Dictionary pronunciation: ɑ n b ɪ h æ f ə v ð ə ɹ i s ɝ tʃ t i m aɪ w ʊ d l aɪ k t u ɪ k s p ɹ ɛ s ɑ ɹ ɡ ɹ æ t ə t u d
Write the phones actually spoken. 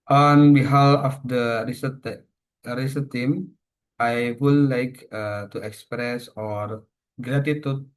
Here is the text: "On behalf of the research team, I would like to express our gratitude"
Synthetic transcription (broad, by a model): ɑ n b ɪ h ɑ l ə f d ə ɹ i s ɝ s t i m aɪ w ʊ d l aɪ k t u ɪ k s p ɹ ɛ s ɑ ɹ ɡ ɹ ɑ t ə t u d